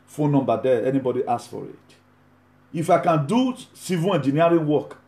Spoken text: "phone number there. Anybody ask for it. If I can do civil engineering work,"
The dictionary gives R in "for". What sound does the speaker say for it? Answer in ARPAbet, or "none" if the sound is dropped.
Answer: R